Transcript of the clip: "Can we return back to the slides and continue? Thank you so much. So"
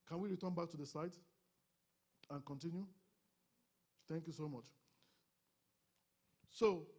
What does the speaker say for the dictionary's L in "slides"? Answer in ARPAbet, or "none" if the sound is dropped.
none